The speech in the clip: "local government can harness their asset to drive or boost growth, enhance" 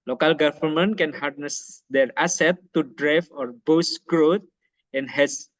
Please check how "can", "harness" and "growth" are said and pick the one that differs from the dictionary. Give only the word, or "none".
growth